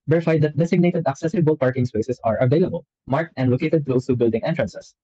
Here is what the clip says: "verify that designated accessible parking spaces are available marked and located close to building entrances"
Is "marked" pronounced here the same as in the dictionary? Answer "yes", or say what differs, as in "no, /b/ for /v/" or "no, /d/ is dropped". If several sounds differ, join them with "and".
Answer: yes